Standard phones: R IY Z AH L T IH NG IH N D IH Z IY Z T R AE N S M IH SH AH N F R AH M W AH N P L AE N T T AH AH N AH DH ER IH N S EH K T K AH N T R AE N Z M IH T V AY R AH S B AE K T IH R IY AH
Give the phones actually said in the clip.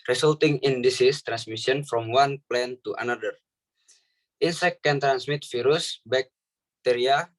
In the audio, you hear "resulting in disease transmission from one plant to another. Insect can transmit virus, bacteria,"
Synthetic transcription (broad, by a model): R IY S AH L T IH NG IH N D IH S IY S T R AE N S M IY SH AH N F R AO M W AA N P L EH N T T AH N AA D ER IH N S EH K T K AH N T R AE N S M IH T F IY R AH S B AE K T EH R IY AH